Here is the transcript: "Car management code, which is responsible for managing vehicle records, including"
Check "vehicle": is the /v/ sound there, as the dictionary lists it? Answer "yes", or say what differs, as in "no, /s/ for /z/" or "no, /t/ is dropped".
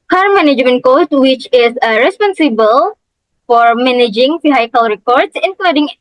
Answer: no, /f/ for /v/